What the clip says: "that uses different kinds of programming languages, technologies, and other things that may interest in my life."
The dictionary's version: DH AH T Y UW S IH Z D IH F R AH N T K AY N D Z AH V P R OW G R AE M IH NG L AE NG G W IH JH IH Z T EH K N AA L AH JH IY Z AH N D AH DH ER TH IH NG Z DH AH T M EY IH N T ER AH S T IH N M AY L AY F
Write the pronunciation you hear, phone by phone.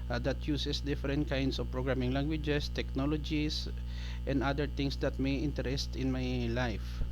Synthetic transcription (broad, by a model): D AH T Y UW S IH S D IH F R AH N T K AY N D S AH V P R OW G R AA M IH NG L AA NG G W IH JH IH S T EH K N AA L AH JH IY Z AH N D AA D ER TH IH NG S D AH T M EY IH N T ER AH S T IH N M AY L AY F